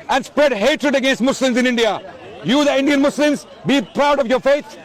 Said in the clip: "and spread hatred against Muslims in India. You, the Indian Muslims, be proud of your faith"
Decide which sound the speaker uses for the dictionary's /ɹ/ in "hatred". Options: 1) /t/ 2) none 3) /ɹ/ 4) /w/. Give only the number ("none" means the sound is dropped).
3